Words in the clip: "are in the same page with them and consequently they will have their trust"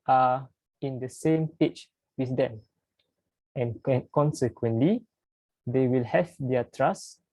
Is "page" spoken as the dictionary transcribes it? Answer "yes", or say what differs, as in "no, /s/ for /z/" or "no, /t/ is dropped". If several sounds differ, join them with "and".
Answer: no, /tʃ/ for /dʒ/